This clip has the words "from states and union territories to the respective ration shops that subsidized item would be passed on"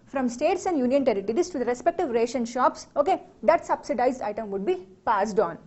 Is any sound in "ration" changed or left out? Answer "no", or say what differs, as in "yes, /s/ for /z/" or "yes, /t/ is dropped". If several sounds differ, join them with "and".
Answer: no